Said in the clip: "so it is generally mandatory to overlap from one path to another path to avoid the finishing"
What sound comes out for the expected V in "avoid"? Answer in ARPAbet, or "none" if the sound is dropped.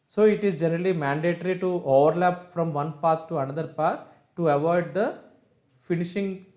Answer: V